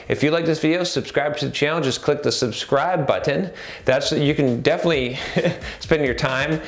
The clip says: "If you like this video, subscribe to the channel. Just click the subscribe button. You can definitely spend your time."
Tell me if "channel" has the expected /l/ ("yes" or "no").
no